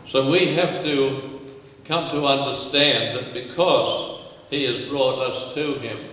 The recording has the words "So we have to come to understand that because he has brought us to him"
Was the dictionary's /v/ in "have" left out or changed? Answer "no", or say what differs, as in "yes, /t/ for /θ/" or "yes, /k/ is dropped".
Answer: yes, /f/ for /v/